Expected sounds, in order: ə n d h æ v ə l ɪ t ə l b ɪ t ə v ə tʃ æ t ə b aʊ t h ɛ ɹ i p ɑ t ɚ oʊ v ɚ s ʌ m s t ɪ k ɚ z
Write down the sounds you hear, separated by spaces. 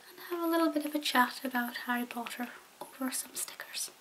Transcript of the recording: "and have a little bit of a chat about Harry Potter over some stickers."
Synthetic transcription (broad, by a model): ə n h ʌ v ə l ɪ t l b ɪ t ə v ə tʃ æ t ə b aʊ t h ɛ ɹ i p ɑ t ɚ oʊ v ɚ s ʌ m s t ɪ k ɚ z